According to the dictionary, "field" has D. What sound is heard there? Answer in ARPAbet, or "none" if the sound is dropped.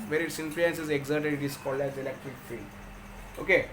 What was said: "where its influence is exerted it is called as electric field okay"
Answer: none